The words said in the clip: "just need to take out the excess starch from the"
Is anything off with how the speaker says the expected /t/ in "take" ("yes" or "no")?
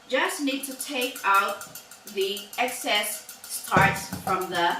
no